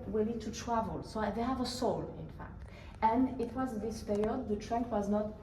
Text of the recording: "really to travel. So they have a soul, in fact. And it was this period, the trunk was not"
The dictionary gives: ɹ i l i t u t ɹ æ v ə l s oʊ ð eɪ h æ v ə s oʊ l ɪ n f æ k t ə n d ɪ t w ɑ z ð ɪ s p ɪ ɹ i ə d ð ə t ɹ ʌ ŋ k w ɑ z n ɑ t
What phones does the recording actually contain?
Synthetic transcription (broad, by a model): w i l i t u t ɹ æ v ə l s oʊ ð eɪ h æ v ə s oʊ l ɪ n f æ k t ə n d ɪ t w ɑ z ð ɪ s p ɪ ɹ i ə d ð ə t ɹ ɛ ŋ k w ɑ z n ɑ t